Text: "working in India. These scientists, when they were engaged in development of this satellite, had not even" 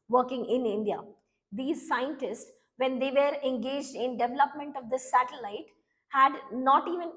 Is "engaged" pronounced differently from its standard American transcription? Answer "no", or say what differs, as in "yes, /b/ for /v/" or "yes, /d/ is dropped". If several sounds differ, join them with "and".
no